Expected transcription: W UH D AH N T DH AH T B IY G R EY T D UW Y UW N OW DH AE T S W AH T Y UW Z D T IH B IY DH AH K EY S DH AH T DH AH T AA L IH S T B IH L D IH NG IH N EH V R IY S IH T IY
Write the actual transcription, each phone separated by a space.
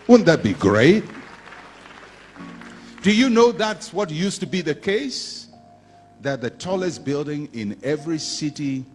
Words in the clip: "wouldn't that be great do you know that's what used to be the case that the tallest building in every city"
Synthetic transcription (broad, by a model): W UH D N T DH AH T B IY G R EY T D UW Y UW N OW DH AE T S W AH T Y UW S T IH B IY DH AH K EY S DH AH T DH AH T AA L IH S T B IH L D IH NG IH N EH V R IY S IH T IY